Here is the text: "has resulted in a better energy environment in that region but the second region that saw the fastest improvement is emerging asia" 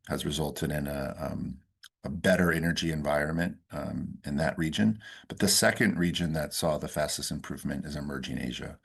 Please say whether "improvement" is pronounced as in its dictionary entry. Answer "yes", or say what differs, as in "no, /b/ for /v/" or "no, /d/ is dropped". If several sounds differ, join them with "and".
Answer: yes